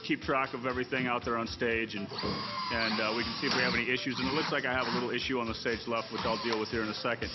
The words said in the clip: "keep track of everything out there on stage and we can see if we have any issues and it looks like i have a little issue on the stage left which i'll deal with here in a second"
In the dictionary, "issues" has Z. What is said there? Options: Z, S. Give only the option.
Z